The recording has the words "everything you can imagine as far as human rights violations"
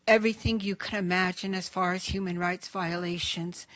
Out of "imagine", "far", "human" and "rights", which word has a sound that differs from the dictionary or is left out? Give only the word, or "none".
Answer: none